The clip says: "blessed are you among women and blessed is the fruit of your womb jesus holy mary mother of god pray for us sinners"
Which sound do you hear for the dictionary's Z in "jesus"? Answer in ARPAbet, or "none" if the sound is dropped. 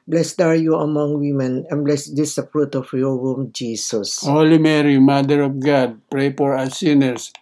S